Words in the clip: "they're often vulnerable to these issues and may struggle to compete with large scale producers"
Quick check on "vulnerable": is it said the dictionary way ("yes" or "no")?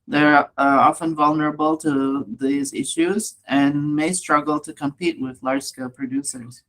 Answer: yes